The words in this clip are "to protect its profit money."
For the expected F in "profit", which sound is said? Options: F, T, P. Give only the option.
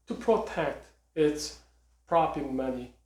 P